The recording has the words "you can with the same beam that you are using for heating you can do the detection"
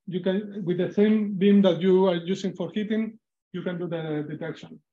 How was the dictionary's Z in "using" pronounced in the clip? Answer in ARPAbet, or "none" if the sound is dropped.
S